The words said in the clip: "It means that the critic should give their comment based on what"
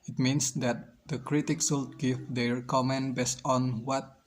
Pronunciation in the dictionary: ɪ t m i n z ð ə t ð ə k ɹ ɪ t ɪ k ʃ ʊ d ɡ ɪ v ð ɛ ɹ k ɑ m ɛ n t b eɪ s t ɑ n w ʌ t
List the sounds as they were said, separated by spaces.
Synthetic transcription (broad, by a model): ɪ t m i n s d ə t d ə k ɹ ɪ t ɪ k s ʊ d ɡ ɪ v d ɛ ɹ k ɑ m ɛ n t b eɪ s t ɑ n w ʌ t